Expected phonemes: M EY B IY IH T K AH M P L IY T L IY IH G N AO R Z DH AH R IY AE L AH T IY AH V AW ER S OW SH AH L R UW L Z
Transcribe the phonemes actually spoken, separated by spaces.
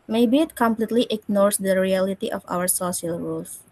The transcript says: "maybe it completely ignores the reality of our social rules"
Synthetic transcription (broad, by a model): M EY B IY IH T K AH M P L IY T L IY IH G N AO R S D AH R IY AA L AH T IY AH F AW ER S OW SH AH L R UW L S